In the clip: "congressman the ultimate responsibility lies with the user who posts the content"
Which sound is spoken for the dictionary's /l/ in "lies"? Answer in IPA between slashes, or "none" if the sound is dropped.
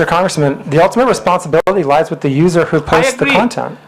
/l/